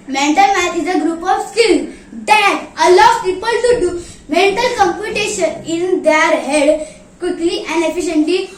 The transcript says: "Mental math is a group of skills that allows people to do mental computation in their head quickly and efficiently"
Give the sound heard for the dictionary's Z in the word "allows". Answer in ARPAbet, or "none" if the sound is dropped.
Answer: none